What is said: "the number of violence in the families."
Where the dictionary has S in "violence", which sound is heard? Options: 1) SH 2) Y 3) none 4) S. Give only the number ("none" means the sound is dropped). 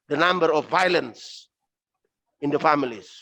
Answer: 4